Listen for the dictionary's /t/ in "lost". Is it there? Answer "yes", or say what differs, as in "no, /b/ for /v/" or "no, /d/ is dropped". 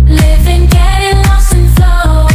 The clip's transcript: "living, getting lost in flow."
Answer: no, /t/ is dropped